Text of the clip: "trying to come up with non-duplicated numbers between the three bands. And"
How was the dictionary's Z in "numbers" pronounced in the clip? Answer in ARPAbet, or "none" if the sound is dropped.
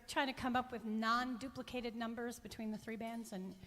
Z